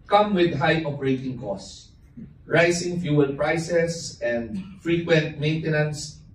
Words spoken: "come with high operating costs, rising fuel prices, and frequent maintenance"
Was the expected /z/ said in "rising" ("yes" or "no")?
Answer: no